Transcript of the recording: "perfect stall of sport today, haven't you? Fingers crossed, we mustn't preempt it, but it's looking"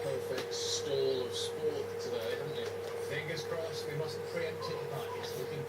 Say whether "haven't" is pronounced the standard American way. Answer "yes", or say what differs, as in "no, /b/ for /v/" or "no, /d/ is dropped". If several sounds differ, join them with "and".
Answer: no, /v/ is dropped